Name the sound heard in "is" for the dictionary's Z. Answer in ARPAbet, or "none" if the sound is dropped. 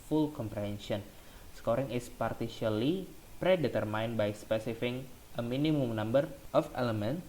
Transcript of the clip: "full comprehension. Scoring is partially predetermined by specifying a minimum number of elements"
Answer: S